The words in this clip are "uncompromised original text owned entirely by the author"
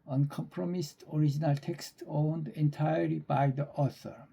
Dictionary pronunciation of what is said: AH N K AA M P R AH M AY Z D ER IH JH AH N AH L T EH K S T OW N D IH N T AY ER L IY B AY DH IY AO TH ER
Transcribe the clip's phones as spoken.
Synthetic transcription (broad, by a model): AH N K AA M P R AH M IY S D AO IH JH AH N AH L T EH K S T OW N D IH N T AY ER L IY B AY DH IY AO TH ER